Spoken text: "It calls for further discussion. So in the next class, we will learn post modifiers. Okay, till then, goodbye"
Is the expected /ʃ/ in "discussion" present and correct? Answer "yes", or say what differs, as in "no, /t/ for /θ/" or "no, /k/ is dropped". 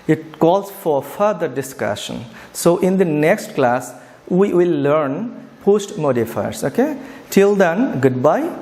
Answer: yes